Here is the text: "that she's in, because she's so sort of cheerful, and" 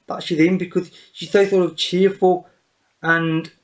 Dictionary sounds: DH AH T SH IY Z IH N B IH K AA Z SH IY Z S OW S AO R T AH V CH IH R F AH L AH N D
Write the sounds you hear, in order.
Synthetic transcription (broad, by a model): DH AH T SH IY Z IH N B IH K AA Z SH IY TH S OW TH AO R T AH V CH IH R F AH L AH N